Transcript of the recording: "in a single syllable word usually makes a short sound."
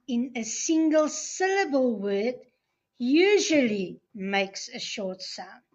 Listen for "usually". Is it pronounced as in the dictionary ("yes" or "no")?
yes